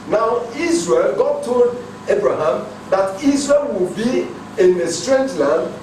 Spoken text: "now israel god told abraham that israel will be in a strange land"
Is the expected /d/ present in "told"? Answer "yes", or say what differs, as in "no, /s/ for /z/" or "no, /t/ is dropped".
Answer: yes